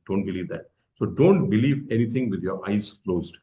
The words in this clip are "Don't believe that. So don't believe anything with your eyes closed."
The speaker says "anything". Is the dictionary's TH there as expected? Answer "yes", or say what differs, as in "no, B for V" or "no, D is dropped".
no, T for TH